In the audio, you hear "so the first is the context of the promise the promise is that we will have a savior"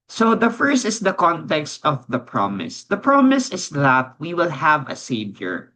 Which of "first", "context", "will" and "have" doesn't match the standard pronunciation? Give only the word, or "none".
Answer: none